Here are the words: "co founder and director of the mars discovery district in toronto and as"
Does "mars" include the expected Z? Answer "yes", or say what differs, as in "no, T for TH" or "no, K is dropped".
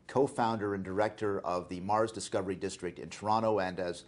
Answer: yes